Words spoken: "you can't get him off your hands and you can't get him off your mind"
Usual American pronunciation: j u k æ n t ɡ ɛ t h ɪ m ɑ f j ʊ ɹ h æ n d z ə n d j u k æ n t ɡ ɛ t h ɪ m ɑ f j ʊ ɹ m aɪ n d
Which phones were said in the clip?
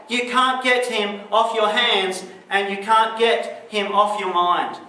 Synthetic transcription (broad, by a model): j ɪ k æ n ɡ ɛ t h ɪ m ɑ f j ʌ ɹ h æ n d z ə n j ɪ k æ n ɡ ɛ t h ɪ m ɑ f j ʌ ɹ m aɪ n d